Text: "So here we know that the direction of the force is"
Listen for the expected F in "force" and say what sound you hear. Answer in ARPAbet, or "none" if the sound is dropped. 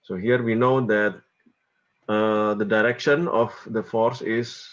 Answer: F